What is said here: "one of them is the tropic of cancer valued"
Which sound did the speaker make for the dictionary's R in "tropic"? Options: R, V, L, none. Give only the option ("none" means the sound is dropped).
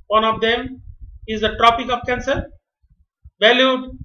R